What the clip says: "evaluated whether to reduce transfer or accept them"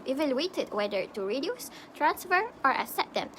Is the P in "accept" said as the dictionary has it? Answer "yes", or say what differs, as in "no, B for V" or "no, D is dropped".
no, P is dropped